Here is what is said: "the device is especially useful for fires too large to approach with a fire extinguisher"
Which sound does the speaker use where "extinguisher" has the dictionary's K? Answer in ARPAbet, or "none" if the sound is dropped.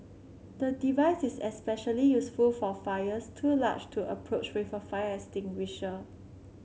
none